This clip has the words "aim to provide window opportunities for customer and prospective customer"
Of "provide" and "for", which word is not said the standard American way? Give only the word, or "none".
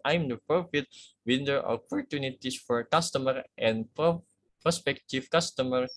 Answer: provide